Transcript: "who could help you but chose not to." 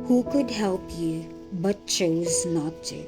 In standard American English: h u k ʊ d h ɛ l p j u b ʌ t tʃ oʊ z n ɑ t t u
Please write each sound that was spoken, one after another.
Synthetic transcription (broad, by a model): h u k ʊ d h ɛ l p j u b ʌ t tʃ oʊ z n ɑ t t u